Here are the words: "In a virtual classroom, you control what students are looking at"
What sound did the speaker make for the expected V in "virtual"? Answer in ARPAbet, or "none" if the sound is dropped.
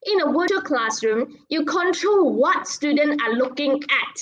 W